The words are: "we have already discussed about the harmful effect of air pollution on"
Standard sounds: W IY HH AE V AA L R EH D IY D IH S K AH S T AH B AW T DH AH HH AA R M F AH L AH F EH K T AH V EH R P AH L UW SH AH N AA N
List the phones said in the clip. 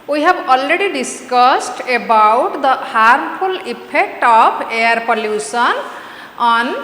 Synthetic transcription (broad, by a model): W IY HH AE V AA L R EH D IY D IH S K AH S T AH B AW T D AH HH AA R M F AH L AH P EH K T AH P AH R P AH L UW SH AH N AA N